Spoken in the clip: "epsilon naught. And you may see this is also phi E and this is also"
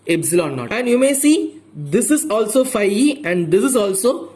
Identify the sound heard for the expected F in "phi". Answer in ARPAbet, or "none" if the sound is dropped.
F